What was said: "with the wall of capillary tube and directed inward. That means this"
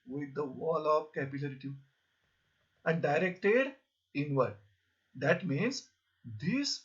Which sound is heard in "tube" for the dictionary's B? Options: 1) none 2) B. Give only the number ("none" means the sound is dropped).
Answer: 1